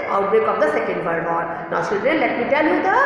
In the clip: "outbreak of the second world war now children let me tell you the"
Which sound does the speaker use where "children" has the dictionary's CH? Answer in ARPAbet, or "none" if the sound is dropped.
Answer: S